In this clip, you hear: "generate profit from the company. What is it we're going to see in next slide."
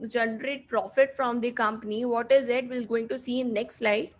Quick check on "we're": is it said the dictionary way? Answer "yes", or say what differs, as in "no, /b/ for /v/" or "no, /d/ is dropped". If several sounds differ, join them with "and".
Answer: no, /l/ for /ɹ/